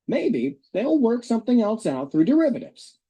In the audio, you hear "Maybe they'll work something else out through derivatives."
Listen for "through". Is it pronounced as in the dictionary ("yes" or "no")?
yes